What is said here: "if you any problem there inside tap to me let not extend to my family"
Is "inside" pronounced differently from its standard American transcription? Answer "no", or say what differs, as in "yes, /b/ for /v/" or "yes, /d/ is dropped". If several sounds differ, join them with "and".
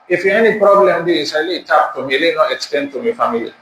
yes, /n/ is dropped